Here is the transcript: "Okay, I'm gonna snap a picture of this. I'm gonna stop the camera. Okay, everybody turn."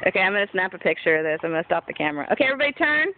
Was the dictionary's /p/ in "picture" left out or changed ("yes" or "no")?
no